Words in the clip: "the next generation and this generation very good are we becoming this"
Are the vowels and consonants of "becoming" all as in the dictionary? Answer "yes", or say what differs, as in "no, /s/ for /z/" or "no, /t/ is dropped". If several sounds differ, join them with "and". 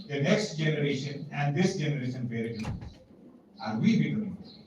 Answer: no, /m/ is dropped